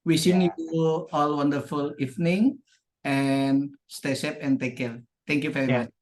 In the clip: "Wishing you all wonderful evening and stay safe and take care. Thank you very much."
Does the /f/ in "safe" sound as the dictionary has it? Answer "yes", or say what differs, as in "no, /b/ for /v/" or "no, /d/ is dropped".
no, /p/ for /f/